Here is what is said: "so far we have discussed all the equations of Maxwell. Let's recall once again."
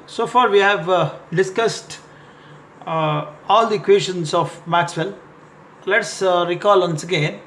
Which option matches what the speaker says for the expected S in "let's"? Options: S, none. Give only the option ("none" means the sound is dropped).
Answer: S